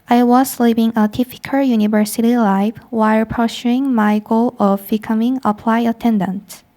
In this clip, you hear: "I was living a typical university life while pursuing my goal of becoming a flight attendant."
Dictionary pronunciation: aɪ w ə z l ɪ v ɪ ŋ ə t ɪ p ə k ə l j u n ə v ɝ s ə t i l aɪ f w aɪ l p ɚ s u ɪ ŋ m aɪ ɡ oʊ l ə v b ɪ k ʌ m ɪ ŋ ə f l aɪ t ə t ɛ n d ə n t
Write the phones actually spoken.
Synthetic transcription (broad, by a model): aɪ w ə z l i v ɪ ŋ ə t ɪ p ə k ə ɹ j u n ə v ɝ s ə t i l aɪ f w aɪ l p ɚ ʃ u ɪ ŋ m aɪ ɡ oʊ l ə v b ɪ k ʌ m ɪ ŋ ə p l aɪ ə t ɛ n d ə n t